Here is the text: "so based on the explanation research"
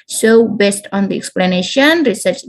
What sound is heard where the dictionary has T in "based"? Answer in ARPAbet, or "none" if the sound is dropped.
T